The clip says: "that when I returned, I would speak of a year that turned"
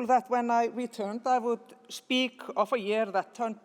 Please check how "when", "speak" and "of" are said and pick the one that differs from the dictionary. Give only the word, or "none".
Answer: of